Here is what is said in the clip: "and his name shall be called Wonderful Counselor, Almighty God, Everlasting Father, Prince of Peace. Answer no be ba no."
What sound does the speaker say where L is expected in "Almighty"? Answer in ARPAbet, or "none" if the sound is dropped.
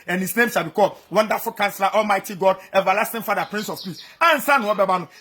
L